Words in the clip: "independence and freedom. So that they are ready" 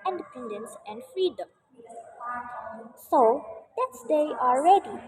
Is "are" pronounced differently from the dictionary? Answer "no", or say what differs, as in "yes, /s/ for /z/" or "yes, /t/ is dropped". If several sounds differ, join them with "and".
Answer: yes, /l/ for /ɹ/